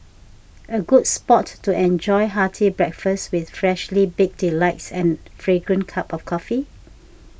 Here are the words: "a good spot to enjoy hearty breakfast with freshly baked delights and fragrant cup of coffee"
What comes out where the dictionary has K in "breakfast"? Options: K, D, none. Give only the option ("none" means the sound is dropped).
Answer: K